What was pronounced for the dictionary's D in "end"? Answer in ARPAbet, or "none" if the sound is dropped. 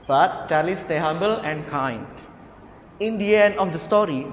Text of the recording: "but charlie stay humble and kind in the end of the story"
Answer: none